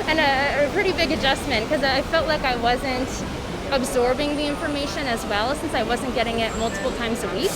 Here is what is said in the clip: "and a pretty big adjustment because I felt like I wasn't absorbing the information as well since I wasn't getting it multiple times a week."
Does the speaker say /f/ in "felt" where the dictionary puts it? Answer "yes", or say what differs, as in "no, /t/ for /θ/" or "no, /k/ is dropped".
yes